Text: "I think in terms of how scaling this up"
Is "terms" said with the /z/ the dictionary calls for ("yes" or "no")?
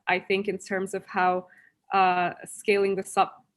yes